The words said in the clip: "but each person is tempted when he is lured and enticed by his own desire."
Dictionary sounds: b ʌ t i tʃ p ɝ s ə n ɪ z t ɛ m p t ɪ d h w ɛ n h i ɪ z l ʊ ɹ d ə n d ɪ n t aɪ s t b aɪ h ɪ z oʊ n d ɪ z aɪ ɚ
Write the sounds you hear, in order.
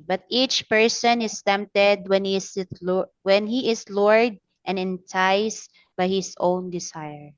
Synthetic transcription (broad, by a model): b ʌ t i tʃ p ɝ s ə n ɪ s t ɛ m p t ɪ d h w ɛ n h i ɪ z l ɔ ɹ d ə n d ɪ n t aɪ s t b aɪ h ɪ s oʊ n d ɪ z aɪ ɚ